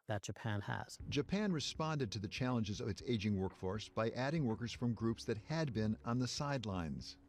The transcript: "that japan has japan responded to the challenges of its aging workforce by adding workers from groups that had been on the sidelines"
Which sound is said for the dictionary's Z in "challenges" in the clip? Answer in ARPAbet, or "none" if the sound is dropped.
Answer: Z